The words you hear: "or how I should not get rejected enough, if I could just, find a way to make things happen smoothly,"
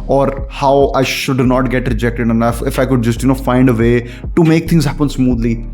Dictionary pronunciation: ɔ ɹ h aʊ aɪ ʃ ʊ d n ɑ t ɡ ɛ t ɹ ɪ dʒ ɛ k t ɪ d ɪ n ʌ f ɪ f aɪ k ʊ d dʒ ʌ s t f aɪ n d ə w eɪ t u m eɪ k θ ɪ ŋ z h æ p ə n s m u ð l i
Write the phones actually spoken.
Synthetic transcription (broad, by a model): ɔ ɹ h aʊ aɪ ʃ ʊ d n ɑ t ɡ ɛ t ɹ ɪ dʒ ɛ k t ɪ d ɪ n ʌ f ɪ f aɪ k ʊ d dʒ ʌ s t f aɪ n d ə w eɪ t u m eɪ k t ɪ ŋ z h æ p ə n s m u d l i